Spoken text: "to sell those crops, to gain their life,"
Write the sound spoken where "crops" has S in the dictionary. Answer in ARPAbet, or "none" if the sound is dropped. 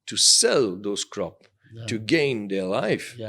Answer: none